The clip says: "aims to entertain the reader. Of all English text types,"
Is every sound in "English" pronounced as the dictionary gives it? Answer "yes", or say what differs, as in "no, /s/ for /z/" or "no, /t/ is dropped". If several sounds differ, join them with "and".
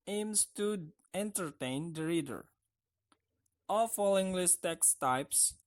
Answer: no, /s/ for /ʃ/